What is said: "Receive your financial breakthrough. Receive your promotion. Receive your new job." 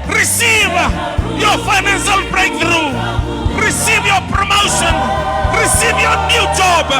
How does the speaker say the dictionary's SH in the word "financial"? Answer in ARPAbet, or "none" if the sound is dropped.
S